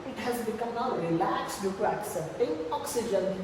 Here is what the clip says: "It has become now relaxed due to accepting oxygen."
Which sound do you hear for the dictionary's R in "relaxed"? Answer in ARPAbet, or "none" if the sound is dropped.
L